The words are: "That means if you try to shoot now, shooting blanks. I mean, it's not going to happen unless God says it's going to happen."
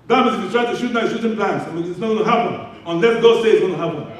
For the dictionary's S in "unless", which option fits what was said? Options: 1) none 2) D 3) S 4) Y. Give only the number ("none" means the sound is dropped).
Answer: 1